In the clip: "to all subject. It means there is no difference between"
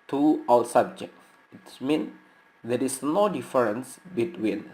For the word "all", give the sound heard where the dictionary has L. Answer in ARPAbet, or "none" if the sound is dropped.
W